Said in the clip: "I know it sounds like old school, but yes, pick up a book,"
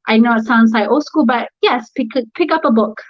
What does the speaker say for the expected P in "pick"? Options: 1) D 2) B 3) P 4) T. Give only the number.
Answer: 3